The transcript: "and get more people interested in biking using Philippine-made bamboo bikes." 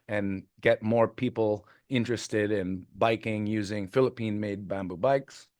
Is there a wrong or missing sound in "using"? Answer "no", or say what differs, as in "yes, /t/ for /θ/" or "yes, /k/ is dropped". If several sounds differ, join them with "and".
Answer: no